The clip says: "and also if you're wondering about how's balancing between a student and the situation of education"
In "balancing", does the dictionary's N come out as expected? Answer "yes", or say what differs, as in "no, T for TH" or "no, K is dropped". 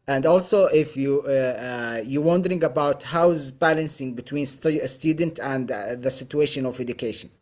yes